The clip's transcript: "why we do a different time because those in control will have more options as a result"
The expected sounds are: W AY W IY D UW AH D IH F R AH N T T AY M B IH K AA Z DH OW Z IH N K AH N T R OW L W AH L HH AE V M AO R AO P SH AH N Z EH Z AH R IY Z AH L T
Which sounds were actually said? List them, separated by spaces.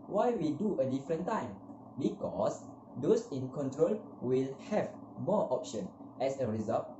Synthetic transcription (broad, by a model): W AY W IY D UW AH D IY F R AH N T T AY M B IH K AA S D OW S IH N K AH N T R OW L W AH L HH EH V M AO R AO P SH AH N EH S AH R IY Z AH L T